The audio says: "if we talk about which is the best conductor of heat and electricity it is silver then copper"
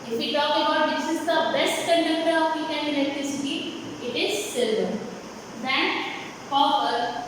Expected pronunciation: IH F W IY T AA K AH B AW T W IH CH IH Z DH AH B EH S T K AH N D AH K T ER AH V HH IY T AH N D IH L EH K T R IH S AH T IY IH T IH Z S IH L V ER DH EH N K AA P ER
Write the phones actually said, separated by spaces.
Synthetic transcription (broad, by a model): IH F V IY T AA K AH B AW T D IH S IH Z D AH B EH S T K AH N D AH K T ER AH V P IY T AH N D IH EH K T R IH S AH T IY IH T IH Z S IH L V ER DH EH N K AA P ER